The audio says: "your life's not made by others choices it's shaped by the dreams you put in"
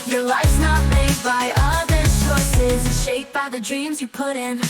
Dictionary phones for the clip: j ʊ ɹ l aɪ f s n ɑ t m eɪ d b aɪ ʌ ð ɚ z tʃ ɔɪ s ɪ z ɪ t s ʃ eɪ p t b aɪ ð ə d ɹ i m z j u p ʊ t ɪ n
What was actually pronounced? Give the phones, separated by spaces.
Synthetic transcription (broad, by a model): j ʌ ɹ l aɪ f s n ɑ t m eɪ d b aɪ ʌ ð ɚ tʃ ɔɪ s ɪ z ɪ ʃ eɪ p b aɪ ð ə d ɹ i m z j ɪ p ʊ t ɪ n